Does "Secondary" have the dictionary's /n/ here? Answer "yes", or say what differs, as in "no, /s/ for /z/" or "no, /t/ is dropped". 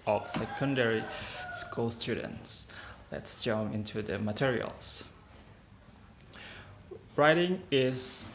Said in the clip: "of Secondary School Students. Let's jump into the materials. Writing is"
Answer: yes